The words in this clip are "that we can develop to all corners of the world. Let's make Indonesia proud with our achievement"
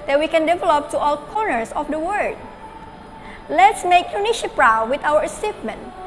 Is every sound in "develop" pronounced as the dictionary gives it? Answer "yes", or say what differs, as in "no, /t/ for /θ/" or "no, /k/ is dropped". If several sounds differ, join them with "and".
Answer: yes